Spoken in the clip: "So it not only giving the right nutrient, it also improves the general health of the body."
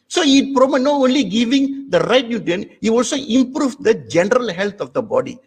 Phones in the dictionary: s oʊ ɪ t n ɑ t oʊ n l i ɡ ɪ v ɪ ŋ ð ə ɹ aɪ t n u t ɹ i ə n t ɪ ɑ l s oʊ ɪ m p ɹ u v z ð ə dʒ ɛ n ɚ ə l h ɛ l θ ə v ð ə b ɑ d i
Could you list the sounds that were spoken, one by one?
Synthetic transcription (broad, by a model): s oʊ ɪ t n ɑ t oʊ n l i ɡ ɪ v ɪ ŋ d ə ɹ aɪ t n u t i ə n ɪ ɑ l s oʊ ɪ m p ɹ u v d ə dʒ ɛ n ɚ ə l h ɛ l t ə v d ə b ɑ d i